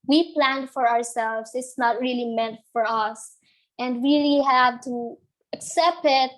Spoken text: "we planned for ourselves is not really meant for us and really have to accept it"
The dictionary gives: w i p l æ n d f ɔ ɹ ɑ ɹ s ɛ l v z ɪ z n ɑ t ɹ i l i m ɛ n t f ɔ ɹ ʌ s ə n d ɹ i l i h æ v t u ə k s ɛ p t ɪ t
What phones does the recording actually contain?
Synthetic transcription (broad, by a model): w i p l æ n d f ɔ ɹ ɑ ɹ s ɛ l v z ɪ s n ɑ t ɹ i l i m ɛ n t f ɔ ɹ ʌ s ə n d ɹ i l i h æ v t u ə k s ɛ p t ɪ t